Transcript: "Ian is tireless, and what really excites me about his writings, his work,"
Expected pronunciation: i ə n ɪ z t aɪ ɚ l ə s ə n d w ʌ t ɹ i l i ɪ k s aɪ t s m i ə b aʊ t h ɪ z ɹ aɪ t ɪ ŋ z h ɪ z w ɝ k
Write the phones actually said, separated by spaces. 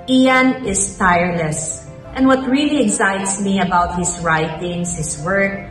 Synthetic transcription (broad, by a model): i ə n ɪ s t aɪ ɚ l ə s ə n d w ʌ t ɹ i l i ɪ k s aɪ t s m i ə b aʊ t h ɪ s ɹ aɪ t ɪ ŋ s h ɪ s w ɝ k